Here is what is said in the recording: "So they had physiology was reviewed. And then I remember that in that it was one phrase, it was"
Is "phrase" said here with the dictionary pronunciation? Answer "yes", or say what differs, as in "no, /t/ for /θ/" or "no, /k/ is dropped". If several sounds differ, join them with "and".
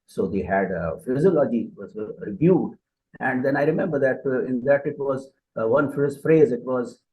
yes